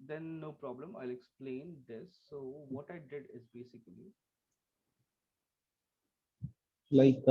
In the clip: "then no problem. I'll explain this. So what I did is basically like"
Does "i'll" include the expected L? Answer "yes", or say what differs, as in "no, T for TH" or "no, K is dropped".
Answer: yes